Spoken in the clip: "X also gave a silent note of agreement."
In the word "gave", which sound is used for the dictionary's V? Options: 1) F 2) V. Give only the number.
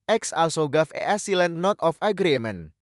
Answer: 1